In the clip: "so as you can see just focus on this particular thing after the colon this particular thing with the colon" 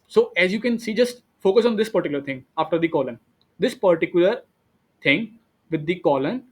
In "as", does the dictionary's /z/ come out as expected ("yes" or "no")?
yes